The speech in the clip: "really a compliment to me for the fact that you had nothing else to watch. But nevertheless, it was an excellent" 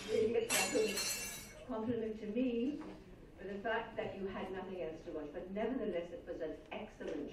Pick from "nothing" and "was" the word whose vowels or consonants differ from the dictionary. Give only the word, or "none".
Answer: none